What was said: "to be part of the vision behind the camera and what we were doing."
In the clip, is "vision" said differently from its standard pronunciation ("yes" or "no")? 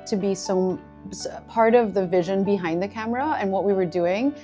no